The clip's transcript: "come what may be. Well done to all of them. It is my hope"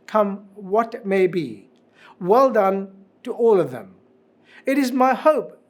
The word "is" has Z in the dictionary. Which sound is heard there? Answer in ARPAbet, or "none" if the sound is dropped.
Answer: Z